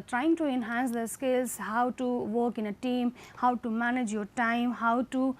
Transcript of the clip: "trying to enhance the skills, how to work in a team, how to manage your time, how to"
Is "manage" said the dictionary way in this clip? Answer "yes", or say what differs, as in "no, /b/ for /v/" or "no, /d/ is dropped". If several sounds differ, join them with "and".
yes